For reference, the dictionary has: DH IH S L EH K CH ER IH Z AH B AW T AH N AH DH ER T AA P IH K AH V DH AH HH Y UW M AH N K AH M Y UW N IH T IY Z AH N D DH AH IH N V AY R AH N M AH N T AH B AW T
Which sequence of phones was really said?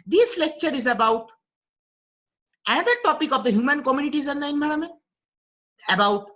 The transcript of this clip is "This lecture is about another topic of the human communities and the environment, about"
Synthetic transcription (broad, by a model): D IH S L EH K CH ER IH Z AH B AW T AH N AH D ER T AA P IH K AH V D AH HH Y UW M AH N K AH M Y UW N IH T IY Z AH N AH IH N B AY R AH M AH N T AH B AW T